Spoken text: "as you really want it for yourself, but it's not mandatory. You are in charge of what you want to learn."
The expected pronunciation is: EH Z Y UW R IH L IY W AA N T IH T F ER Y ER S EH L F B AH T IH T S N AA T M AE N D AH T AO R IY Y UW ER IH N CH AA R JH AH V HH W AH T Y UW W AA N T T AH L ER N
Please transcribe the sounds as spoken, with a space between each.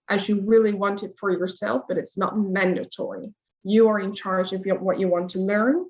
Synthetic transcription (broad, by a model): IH Z Y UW R IH L IY W AA N T IH T F ER Y ER S EH L F B AH T IH T S N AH T M AE N D AH T AO R IY Y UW ER IH N CH AA R JH AH V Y W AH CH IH W AA N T T AH L ER N